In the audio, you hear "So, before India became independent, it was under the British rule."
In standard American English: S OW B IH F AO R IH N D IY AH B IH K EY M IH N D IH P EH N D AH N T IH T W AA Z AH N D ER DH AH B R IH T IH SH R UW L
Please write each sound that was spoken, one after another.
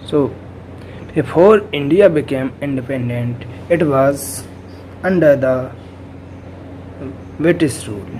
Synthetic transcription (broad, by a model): S OW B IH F AO R IH N D IY AH B IH K EY M IH N D IH P EH N D AH N T IH T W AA Z AH N D ER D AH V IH T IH S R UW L